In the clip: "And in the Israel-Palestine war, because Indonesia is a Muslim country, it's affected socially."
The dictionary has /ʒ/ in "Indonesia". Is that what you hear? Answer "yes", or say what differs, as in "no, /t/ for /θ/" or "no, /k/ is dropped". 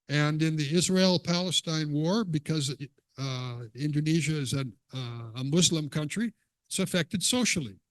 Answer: yes